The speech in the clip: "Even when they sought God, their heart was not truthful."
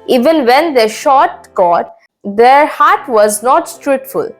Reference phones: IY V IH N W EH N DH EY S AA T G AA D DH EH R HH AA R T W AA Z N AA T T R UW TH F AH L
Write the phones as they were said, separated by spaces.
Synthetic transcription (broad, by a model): IY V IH N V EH N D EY SH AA T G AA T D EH R HH AA R T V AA Z N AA T T R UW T F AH L